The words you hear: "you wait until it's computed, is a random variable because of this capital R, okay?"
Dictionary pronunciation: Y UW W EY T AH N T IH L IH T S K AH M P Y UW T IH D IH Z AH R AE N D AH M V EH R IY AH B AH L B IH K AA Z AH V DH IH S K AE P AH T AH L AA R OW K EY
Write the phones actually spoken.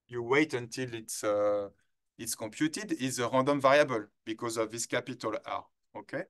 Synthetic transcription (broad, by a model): Y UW W EY T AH N T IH L IH T S K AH P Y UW T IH D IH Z AH R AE D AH M V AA R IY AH B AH L B IH K AA Z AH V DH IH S K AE P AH T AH L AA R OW K EY